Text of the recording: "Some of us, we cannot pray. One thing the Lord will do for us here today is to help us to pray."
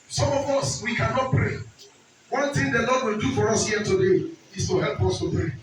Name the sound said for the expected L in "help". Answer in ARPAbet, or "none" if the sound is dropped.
L